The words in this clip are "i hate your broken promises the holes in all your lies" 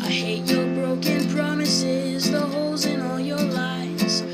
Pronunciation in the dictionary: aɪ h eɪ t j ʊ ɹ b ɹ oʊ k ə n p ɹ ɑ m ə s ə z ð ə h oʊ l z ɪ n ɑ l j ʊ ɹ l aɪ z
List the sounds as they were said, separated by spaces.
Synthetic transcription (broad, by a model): aɪ h eɪ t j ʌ ɹ b ɹ oʊ k ə n p ɹ ɑ m ə s ə z ð ə h oʊ l z ɪ n ɑ l j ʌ ɹ l aɪ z